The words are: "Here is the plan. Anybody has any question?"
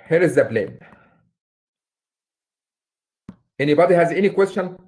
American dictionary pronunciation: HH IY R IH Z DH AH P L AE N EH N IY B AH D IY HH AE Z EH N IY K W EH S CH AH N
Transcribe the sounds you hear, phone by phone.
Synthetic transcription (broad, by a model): HH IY R IH Z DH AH B L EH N EH N IY B AH D IY HH AE Z EH N IY K W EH S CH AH N